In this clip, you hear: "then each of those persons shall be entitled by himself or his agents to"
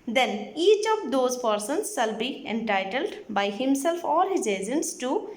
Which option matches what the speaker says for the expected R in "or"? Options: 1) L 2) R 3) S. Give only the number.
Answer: 1